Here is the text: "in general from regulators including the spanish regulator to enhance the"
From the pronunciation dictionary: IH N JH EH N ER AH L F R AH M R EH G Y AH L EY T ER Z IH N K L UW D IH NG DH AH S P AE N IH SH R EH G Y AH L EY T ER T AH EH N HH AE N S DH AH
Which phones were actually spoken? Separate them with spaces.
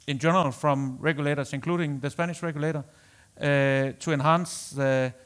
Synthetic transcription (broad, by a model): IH N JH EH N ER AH L F R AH M R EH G Y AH L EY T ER S IH N K L UW D IH NG DH AH S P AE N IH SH R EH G Y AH L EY T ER S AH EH N HH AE N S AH